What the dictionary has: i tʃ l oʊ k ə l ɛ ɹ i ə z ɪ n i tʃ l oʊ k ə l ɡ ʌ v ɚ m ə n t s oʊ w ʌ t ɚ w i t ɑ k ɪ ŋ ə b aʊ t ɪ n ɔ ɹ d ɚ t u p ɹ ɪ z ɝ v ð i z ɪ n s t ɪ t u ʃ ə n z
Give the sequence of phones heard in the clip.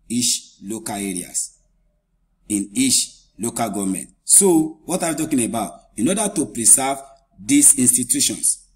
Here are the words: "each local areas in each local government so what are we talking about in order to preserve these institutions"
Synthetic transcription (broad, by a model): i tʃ l oʊ k ə l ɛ ɹ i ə s ɪ n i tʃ l oʊ k ə l ɡ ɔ v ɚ m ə n t s oʊ w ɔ t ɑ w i t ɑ k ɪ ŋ ə b aʊ t ɪ n ɔ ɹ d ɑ t u p ɹ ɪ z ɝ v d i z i n s t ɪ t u ʃ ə n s